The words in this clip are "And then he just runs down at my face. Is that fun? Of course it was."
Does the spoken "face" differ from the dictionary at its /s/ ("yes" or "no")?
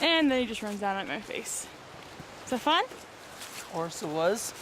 yes